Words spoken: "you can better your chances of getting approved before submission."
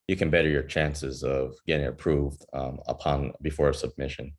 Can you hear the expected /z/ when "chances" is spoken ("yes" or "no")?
yes